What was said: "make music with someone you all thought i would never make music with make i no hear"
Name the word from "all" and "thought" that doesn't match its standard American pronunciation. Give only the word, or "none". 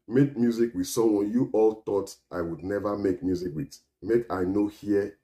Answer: thought